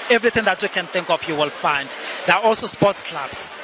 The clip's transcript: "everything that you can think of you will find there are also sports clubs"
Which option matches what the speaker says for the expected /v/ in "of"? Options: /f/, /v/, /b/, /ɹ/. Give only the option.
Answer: /f/